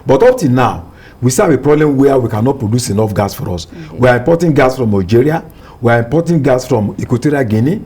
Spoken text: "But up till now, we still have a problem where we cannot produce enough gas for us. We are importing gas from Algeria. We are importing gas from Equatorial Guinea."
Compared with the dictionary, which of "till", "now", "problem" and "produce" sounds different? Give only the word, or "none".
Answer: till